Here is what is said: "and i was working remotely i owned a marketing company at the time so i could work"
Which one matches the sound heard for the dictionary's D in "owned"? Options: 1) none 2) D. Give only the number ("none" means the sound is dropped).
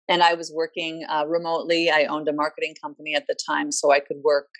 2